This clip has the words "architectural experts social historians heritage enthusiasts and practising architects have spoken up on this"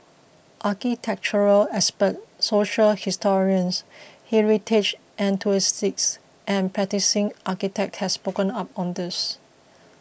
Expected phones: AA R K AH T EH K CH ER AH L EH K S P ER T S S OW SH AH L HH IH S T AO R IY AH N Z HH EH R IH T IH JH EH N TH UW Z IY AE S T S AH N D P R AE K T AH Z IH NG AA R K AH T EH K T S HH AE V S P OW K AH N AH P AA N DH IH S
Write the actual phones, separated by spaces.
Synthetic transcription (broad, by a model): AA K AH T EH K CH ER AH L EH S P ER T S S OW SH AH L HH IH S T AO R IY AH N S HH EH R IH T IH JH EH N T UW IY S T S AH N P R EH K T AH S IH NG AA K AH T EH K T HH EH S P OW K AH N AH P AA N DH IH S